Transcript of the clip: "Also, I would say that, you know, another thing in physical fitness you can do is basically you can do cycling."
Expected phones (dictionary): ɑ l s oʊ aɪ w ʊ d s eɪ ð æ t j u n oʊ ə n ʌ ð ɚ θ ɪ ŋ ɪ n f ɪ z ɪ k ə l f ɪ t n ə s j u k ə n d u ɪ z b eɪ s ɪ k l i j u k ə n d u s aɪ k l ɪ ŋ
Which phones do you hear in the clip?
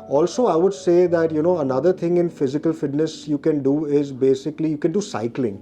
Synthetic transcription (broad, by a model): ɑ l s oʊ aɪ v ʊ d s eɪ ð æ t j u n oʊ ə n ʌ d ɚ t ɪ ŋ ɪ n f ɪ z ɪ k ə l f ɪ t n ə s j u k ə n d u ɪ z b eɪ s ɪ k l i j u k ə n d u s aɪ k l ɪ ŋ